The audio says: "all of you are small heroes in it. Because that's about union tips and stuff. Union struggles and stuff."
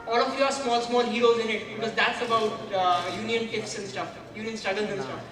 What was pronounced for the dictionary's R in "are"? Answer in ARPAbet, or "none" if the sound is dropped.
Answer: L